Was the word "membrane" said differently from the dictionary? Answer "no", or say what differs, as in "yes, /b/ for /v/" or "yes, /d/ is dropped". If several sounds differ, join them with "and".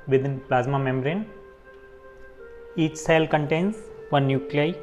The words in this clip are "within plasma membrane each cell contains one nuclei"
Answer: yes, /b/ is dropped